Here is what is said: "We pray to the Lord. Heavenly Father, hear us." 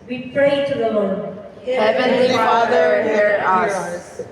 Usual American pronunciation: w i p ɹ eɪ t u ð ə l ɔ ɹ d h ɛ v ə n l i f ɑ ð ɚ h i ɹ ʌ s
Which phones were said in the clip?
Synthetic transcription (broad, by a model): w i p ɹ eɪ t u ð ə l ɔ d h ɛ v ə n i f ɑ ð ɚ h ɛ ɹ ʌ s